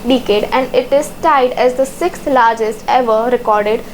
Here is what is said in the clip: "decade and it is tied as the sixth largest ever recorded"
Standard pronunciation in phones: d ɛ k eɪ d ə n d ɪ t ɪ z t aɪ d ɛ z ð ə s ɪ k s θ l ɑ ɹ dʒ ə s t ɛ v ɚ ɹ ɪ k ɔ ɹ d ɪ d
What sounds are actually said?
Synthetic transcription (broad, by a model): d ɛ k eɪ d ə n d ɪ t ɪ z t aɪ d ɛ z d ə s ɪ k s l ɑ ɹ dʒ ə s t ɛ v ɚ ɹ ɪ k ɔ ɹ d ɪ d